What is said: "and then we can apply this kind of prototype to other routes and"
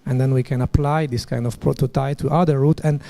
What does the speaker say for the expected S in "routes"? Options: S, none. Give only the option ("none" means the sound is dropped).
none